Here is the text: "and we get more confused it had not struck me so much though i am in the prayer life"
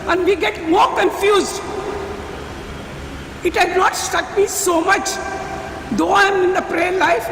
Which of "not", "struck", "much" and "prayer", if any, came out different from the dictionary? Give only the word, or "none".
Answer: struck